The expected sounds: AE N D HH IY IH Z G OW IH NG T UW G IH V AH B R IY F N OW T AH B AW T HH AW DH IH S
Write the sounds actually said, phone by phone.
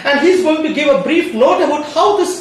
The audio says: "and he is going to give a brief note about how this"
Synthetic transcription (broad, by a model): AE N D HH IY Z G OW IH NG T UW G IH V AH B R IY F L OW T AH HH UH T HH AW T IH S